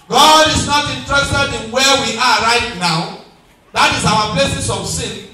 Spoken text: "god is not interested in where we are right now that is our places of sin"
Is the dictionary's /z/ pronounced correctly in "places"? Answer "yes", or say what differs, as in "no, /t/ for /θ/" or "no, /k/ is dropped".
no, /s/ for /z/